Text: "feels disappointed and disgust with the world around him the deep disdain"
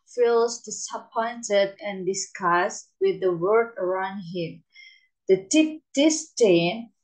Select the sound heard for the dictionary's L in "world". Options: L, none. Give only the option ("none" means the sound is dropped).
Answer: none